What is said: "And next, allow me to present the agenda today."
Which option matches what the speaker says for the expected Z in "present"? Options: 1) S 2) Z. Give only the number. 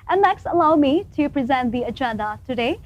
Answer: 2